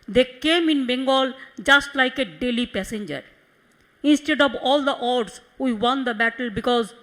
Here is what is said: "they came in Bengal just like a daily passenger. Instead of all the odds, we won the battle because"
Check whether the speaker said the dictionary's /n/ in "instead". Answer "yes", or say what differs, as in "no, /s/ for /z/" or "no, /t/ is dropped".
yes